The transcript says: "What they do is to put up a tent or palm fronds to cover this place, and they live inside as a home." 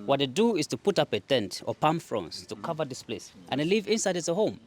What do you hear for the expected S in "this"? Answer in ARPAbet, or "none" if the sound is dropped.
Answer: S